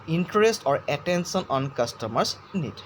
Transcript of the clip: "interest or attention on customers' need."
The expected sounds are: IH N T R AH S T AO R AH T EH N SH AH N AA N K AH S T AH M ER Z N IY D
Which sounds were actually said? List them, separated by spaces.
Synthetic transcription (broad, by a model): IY N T R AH S T AO R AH T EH N S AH N AA N K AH S T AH M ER S N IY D